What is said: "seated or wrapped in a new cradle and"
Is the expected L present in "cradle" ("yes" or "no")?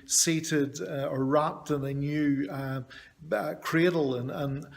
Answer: no